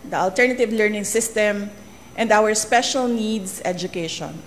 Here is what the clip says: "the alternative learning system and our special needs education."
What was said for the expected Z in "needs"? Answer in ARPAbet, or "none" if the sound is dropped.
S